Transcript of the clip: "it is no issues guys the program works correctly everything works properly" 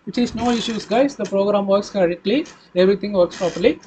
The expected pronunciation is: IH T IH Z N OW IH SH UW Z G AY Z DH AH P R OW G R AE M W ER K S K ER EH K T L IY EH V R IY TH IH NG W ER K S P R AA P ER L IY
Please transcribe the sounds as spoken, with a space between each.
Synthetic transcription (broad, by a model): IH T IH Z N OW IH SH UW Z G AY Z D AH P R OW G R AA M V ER K S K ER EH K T L IY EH V R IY T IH NG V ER K S P R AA P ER L IY